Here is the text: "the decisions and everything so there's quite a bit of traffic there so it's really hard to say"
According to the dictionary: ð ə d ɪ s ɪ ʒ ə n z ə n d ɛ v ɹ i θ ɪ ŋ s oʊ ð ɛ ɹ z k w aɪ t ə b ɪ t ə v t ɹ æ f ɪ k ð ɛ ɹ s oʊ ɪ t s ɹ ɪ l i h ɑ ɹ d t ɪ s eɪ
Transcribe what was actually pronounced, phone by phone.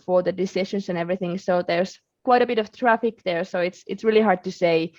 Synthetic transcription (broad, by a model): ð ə d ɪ s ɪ ʃ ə n s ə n ɛ v ɹ i θ ɪ ŋ s oʊ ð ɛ ɹ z k w aɪ t ə b ɪ t ə v t ɹ æ f ɪ k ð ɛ ɹ s oʊ ɪ t s ɹ ɪ l i h ɑ ɹ d t ɪ s eɪ